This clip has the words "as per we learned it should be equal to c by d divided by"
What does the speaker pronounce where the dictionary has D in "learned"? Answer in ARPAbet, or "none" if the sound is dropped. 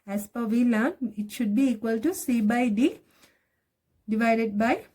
none